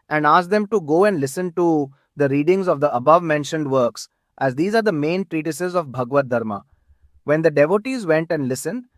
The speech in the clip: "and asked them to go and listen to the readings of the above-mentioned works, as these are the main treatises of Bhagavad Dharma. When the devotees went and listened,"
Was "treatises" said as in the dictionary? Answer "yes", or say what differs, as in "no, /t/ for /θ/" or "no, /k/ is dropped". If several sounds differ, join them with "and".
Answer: yes